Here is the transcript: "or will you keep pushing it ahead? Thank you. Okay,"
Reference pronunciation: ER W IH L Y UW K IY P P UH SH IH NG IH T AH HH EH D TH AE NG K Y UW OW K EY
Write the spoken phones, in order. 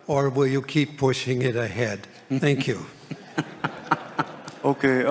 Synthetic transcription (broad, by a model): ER W IH L Y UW K IY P P UH SH IH NG IH T AH HH EH D TH AE NG K Y UW OW K EY